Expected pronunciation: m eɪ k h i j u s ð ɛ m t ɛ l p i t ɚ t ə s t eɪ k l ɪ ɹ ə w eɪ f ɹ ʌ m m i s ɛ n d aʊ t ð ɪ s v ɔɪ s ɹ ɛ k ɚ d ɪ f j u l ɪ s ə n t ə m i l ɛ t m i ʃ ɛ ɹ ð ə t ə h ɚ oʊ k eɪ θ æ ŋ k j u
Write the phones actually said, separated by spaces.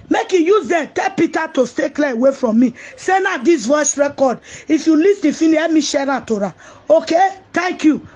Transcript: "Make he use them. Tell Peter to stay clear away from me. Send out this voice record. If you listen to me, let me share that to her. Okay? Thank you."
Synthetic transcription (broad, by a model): m eɪ k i j u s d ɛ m t ɛ l p i t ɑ t ə s t eɪ k l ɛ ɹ ə w eɪ f ɹ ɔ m m i s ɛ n aʊ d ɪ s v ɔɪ s ɹ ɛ k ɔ d ɪ f j u l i s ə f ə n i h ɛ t m i ʃ ɛ ɹ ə t ə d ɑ oʊ k eɪ t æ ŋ k j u